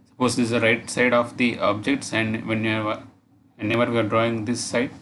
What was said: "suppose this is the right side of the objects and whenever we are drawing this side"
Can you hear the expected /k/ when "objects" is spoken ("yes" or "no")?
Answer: yes